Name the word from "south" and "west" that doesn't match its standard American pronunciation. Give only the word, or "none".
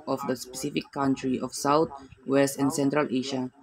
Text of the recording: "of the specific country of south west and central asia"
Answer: south